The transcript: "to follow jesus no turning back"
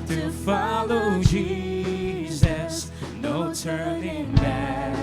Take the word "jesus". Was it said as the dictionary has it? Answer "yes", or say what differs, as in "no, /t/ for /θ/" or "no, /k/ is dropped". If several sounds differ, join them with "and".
yes